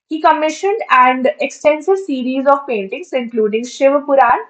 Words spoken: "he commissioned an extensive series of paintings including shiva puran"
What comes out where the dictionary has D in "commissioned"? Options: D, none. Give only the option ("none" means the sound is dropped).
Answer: D